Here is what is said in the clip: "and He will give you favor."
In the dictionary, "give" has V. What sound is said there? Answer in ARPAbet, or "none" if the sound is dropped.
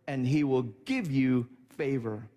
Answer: V